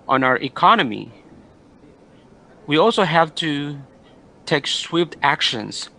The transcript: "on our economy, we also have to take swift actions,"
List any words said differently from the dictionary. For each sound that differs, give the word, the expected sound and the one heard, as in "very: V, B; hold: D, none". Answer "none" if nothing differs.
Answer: swift: F, P